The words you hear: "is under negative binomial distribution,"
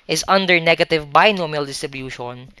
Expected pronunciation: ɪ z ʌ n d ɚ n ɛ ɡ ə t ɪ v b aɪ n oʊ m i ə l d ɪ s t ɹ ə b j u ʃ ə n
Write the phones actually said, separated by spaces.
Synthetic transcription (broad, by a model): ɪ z ʌ n d ɚ n ɛ ɡ ə t ɪ v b aɪ n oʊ m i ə l d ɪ s t ɹ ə b j u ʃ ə n